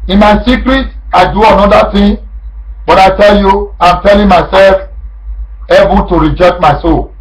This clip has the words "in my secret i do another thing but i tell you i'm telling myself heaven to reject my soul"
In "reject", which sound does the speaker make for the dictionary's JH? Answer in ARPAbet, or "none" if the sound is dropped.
JH